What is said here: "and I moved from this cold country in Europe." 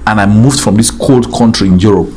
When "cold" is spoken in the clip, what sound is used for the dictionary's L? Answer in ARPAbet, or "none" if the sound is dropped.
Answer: L